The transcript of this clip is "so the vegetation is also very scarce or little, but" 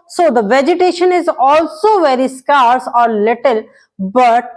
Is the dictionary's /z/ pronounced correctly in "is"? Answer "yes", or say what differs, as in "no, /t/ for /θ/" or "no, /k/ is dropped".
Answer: yes